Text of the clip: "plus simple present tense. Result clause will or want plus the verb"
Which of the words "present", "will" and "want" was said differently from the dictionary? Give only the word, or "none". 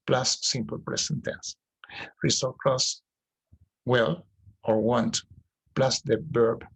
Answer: present